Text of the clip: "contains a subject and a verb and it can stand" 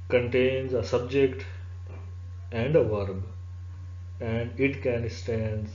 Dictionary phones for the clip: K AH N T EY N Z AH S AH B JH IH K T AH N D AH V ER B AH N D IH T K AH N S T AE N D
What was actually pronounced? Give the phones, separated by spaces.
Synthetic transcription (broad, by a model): K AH N T EY N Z AH S AH B JH IH K T AH N D AH V ER B AH N D IH T K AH N S T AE N D